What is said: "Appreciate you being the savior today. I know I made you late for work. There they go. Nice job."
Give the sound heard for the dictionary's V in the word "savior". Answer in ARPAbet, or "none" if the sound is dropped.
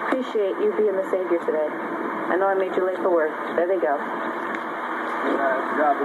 V